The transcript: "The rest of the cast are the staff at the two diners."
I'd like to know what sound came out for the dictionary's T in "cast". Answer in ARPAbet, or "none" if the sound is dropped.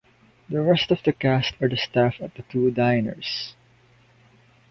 T